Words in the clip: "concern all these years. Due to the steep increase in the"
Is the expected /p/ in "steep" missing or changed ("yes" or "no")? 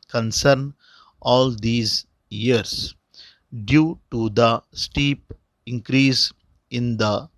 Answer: no